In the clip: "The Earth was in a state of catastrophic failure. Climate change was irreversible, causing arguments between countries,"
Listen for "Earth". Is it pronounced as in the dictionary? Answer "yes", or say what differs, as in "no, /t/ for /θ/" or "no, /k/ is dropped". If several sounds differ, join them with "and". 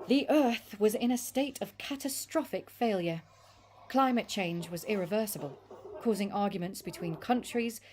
yes